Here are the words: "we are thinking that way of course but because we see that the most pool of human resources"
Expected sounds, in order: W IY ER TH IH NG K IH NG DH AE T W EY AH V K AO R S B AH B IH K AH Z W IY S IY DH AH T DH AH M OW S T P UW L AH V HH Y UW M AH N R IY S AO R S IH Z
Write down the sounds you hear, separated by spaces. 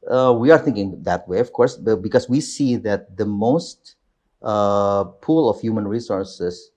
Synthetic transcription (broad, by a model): W IY ER TH IH NG K IH NG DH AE T W EY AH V K AO R S B AH B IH K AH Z W IY S IY DH AH T DH AH M OW S T P UW L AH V HH Y UW M AH N R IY S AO R S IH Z